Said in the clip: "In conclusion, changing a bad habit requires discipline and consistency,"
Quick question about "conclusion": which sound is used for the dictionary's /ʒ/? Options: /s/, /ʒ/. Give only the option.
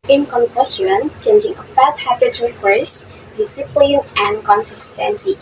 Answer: /s/